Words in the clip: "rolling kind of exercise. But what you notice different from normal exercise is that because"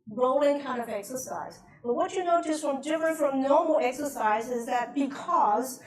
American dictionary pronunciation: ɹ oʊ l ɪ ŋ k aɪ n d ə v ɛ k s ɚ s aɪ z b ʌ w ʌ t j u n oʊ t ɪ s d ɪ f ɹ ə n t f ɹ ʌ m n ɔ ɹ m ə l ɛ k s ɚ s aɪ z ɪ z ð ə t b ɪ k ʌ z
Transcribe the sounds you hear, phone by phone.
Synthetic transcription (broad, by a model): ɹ oʊ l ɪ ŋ k aɪ n d ə v ɛ k s ɚ s aɪ z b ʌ w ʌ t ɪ n oʊ t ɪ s d ɪ f ɹ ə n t f ɹ ʌ m n ɔ ɹ m l ɛ k s ɚ s aɪ z ɪ z ð ə t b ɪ k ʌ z